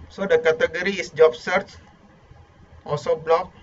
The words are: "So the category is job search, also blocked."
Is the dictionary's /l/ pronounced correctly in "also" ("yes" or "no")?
no